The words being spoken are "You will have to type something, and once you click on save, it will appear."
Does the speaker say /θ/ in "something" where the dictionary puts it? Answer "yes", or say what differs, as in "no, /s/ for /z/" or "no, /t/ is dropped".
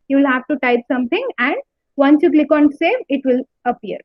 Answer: no, /t/ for /θ/